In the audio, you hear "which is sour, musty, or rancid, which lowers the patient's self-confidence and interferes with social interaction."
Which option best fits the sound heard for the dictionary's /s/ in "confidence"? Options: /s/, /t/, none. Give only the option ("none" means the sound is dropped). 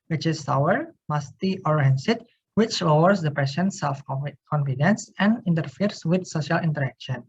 /s/